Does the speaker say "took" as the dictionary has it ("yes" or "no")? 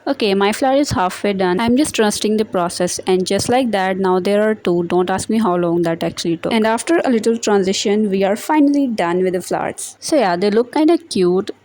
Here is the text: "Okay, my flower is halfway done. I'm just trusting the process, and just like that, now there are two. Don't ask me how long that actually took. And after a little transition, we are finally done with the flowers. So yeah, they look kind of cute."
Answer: no